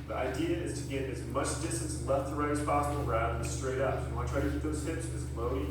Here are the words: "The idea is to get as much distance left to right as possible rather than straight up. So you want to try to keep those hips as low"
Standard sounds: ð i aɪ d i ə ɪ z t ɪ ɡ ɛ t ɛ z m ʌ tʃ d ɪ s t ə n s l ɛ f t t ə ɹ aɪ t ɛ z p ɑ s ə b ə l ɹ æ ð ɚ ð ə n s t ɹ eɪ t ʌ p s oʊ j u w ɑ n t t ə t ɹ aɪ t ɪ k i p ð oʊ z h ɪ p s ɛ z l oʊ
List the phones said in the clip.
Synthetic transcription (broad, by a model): ð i aɪ d i ə ɪ z t ɪ ɡ ɛ t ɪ z m ʌ tʃ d ɪ s t n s l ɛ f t t ə ɹ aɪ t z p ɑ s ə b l ɹ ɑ ʊ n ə s t ɹ eɪ t ʌ p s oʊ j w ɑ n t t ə t ɹ aɪ t ɪ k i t ð oʊ z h ɪ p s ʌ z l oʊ